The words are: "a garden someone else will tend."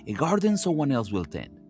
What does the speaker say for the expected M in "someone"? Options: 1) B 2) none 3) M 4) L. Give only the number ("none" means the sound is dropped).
2